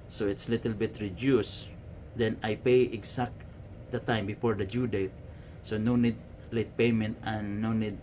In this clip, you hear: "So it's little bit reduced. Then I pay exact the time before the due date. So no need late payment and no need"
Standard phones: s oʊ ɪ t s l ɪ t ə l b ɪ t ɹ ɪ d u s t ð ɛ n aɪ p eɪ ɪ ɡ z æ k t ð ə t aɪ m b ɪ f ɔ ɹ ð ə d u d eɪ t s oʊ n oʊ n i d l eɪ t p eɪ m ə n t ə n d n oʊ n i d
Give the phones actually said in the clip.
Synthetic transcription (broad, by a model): s oʊ ɪ t s l ɪ t ə l b ɪ t ɹ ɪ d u s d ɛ n aɪ p eɪ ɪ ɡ s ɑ k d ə t aɪ m b ɪ f ɔ ɹ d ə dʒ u d eɪ t s oʊ n oʊ n i d l eɪ t p eɪ m ə n t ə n n oʊ n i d